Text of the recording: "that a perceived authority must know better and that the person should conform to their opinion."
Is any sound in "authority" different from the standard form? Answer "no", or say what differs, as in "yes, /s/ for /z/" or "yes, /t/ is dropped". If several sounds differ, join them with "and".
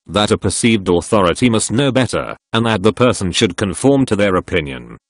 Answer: no